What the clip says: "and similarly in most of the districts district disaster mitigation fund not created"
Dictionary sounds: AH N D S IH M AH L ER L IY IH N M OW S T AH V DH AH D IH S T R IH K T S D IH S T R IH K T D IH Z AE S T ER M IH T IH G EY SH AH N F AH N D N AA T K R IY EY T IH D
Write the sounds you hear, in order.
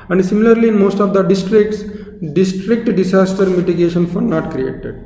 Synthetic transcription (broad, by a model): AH N D S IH M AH L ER L IY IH N M OW S T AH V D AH D IH S T R IH K T S D IH S T R IH K T D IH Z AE S T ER M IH T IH G EY SH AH N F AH D N AA T K R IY EY T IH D